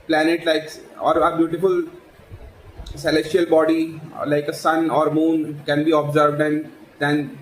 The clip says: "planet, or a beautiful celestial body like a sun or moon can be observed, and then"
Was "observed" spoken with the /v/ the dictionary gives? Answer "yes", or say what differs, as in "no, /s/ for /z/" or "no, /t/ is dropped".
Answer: yes